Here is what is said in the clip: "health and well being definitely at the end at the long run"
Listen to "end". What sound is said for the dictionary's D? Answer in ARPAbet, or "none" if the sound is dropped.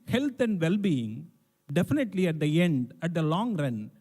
D